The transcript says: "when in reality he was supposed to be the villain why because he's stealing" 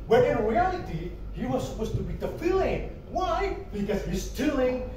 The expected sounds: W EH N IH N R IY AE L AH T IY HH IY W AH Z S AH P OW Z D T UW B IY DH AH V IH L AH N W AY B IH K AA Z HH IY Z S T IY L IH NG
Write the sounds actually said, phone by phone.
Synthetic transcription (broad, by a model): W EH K IH N R IY AE L AH T IY HH IY W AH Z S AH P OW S T UW B IY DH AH F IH L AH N W AY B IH K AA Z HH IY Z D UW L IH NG